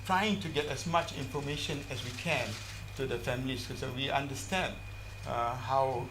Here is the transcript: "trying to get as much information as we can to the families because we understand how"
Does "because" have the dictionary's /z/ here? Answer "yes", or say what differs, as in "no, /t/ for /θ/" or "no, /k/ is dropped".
no, /z/ is dropped